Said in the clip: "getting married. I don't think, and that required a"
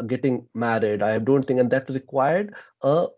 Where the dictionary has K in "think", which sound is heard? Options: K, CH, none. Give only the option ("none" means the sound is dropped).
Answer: none